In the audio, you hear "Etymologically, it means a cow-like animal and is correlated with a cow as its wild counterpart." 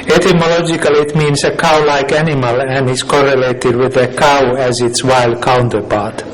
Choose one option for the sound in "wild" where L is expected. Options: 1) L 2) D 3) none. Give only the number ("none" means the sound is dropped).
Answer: 1